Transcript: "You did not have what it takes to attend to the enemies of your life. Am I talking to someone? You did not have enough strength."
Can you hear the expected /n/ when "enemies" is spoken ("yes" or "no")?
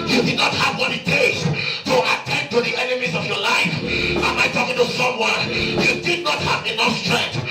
yes